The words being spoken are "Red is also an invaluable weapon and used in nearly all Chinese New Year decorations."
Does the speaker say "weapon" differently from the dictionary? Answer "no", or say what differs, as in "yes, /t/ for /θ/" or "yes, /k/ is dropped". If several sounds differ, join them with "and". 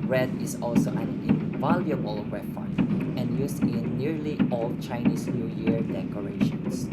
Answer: yes, /f/ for /p/